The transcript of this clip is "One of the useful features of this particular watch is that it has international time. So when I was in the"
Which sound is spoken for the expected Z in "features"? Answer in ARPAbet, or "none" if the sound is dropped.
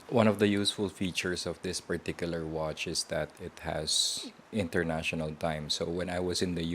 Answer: S